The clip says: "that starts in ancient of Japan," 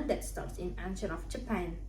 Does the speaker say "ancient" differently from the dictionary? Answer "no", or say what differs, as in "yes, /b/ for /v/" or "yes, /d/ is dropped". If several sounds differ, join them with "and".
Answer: yes, /t/ is dropped